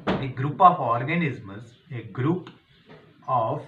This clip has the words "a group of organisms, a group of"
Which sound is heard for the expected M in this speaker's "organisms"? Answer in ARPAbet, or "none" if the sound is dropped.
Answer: none